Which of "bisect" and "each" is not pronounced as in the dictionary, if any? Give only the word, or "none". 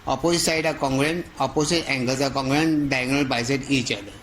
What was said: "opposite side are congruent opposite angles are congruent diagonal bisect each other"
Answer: bisect